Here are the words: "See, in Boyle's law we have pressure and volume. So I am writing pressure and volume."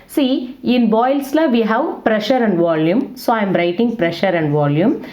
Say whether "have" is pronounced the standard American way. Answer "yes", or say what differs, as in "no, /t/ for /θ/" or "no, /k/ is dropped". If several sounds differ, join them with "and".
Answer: yes